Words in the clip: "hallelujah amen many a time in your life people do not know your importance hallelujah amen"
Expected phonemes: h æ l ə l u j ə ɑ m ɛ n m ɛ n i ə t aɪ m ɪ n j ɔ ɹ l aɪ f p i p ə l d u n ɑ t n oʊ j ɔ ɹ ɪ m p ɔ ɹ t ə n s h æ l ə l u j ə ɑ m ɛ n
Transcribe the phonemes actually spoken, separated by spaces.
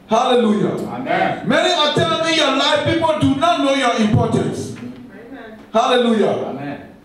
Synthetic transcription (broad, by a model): h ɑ l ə l u j ɑ m ɛ n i i ə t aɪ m ɪ n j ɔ l aɪ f p i p ə l d u n ɑ t n oʊ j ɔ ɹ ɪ m p ɔ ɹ t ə n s h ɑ l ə l u j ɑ